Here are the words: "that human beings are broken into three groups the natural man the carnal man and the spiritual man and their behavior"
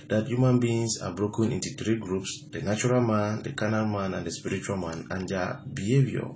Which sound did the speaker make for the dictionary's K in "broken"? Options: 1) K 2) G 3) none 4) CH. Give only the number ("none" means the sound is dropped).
1